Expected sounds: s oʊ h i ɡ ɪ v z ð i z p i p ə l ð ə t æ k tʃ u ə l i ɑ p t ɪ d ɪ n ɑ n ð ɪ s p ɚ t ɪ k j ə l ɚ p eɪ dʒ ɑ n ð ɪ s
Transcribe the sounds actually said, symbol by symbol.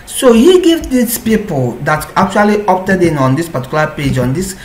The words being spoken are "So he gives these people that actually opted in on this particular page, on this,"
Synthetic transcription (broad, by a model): s oʊ h i ɡ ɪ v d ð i s p i p ə l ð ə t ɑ k tʃ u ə l i ɑ p t ɪ d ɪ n ɑ n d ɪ s p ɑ t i k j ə l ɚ p eɪ dʒ ɑ n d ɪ s